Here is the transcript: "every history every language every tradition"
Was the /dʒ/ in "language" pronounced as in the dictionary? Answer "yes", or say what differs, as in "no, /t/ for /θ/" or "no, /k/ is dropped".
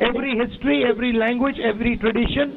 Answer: yes